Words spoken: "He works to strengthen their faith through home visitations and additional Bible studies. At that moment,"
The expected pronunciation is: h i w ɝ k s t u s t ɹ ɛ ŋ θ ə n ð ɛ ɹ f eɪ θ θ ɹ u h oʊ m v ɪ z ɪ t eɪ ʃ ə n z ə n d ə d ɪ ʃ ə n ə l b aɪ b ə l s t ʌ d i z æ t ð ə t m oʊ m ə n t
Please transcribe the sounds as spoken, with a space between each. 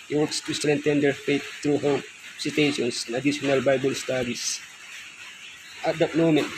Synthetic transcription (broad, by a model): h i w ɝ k s t u s t ɹ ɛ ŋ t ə n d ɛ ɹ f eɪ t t ɹ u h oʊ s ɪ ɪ t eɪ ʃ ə n s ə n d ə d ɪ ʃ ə n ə l b aɪ b ə l s t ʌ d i s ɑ t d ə t m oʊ m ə n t